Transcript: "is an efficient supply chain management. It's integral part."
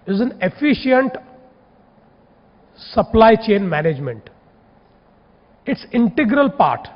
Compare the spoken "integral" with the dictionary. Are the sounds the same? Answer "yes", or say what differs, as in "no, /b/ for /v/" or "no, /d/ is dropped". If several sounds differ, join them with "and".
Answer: yes